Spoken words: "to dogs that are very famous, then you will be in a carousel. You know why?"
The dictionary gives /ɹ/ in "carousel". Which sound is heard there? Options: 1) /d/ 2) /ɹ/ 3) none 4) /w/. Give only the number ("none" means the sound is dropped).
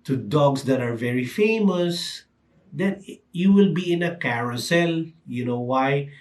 2